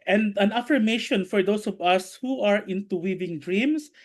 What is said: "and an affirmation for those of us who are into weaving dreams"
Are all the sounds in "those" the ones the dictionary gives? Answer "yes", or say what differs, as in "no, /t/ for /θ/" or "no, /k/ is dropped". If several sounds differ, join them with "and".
no, /s/ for /z/